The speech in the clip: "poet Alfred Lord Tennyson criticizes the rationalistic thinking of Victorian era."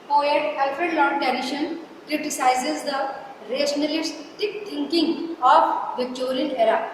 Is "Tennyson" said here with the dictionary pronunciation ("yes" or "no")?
no